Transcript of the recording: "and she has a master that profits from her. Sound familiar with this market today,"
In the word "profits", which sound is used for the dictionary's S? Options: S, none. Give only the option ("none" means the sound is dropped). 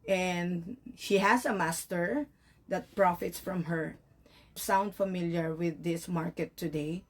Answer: S